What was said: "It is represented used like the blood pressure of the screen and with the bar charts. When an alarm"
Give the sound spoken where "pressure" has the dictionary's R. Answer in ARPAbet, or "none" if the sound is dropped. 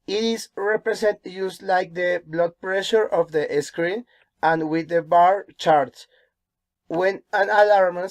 R